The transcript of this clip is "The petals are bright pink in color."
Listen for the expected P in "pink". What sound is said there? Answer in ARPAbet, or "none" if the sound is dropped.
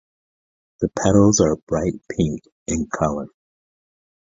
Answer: P